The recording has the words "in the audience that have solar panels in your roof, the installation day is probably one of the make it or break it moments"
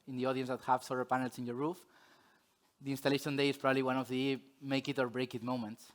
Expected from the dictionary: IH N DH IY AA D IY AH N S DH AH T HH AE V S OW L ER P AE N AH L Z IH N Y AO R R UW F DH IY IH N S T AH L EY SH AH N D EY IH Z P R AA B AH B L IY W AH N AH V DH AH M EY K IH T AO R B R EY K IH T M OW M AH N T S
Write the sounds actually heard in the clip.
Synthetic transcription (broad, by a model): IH N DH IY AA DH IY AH N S DH AH T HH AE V S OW ER P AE N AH L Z IH N Y AO R R UW F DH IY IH N S T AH L EY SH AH N D EY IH S P R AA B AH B L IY W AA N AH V DH AH M EY K IH T AO R B R EY K IH T M OW M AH N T S